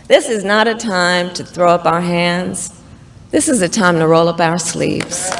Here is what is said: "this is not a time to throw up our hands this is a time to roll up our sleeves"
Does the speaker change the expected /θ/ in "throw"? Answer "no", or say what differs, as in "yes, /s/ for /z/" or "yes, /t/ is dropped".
no